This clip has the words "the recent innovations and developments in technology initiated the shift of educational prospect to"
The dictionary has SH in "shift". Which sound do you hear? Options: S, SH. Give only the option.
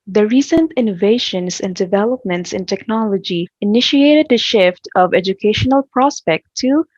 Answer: SH